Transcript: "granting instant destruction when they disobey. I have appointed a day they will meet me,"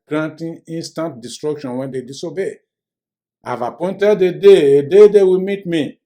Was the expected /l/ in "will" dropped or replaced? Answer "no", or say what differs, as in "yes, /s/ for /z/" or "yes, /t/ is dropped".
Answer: yes, /w/ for /l/